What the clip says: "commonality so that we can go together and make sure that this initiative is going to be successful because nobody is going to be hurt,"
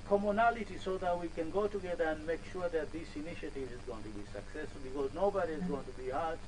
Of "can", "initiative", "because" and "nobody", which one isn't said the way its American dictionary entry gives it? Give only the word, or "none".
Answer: none